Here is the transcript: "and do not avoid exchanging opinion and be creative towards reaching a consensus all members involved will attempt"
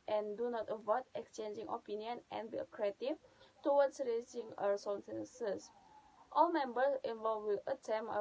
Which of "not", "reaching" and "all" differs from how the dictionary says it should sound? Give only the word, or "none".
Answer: reaching